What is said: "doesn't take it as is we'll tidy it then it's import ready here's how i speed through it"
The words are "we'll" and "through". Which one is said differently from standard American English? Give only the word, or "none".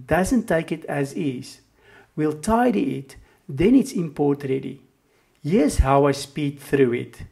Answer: none